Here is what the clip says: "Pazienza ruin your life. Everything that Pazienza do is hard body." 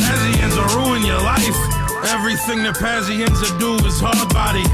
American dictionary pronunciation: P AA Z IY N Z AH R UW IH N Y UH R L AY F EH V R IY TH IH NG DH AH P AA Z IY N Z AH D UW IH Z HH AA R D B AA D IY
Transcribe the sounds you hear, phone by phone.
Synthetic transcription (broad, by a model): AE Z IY N Z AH R UW IH N Y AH R L AY F EH V R IY TH IH NG DH AH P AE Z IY N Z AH D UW IH Z HH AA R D B AA D IY